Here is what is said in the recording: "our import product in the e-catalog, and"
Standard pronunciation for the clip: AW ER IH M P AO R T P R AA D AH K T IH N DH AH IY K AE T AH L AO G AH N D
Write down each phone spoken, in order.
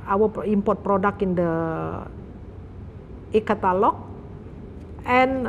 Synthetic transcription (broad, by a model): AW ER IH M P AO R T P R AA D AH K IH N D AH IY K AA T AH L AO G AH N